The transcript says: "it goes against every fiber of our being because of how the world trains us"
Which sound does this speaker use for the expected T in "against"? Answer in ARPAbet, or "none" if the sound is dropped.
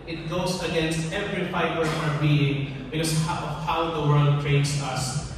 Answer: T